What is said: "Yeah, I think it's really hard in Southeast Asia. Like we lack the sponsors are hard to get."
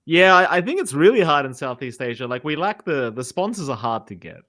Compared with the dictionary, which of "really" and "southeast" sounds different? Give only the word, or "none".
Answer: none